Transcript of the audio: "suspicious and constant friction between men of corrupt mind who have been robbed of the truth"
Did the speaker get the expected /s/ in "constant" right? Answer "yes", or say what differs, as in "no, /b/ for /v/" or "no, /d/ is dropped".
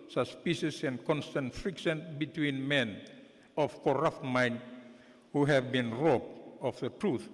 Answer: yes